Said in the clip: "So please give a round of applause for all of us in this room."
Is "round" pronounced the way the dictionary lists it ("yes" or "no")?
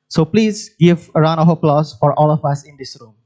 no